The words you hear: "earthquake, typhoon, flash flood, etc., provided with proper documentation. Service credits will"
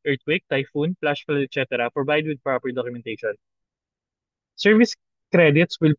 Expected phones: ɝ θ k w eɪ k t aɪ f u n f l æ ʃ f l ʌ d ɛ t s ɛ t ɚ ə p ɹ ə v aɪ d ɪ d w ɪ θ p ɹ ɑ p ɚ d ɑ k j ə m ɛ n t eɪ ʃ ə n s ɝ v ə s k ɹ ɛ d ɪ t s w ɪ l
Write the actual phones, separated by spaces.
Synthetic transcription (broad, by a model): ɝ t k w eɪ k t aɪ f u n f l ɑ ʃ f ʌ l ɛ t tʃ ɛ t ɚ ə p ɹ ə b aɪ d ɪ d w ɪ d p ɹ ɑ p ɚ d ɑ k j ə m ɛ n t eɪ ʃ ə n s ɝ v ə s k ɹ ɛ d ɪ t s w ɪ l